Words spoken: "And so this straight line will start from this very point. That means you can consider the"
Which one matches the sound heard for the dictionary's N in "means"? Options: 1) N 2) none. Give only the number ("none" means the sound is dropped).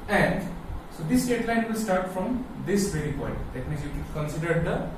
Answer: 2